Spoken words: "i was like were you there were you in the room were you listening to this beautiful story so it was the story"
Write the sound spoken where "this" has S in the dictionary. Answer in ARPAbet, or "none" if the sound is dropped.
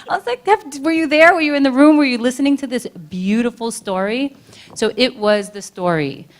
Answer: S